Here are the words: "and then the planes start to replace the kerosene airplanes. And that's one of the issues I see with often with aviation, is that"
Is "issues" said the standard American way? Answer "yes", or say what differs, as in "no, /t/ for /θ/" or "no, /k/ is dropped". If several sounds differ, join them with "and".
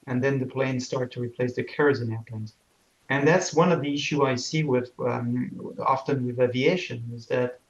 no, /z/ is dropped